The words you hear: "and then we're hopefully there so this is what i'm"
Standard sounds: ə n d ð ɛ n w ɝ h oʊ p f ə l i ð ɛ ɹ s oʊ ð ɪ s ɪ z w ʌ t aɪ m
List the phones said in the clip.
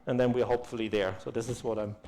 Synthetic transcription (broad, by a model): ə n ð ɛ n w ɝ h oʊ p f ə l i ð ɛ ɹ s oʊ ð ɪ s ɪ z w ʌ t aɪ m